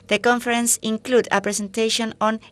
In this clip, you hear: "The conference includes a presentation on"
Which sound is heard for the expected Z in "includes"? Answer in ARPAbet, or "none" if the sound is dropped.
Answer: none